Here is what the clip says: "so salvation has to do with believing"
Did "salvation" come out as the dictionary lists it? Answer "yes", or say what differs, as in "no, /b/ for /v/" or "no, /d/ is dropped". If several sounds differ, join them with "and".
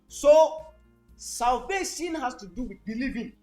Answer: no, /s/ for /ʃ/